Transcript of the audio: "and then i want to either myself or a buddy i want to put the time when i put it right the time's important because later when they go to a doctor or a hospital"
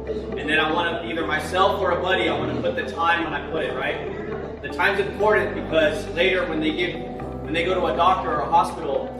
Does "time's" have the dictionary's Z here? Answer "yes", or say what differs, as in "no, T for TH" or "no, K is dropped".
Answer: yes